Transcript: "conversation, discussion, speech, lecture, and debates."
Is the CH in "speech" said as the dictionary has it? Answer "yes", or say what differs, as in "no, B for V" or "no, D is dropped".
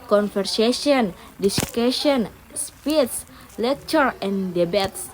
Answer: no, S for CH